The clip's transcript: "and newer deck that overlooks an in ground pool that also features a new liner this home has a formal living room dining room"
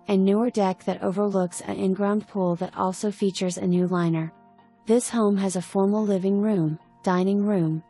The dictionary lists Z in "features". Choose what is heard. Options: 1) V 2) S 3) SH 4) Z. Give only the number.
4